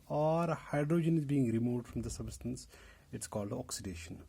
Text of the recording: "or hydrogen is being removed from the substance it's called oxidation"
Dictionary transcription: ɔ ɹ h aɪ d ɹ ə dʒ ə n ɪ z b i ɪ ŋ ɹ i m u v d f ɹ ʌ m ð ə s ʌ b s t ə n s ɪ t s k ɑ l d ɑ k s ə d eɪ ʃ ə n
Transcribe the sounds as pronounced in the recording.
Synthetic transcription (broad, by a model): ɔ ɹ h aɪ d ɹ ə dʒ ə n ɪ z b i ɪ ŋ ɹ i m u v d f ɹ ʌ m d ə s ʌ b s t ə n s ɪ t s k ɑ l d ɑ k s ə d eɪ ʃ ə n